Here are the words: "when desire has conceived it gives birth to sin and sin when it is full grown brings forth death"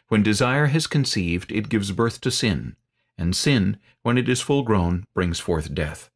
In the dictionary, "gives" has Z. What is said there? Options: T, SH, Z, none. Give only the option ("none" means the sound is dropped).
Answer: Z